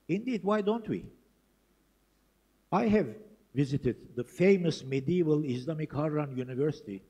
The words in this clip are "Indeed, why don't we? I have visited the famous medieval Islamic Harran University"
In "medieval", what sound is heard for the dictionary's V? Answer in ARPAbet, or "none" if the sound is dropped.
V